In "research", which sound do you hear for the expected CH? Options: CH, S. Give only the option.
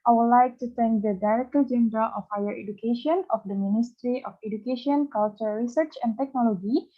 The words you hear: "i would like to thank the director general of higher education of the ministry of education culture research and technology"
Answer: CH